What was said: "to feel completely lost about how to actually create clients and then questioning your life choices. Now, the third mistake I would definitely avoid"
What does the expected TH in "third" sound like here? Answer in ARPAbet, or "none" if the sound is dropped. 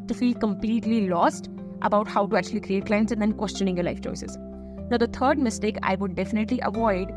T